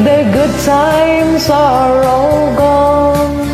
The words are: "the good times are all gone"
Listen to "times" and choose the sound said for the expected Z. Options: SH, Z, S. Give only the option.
S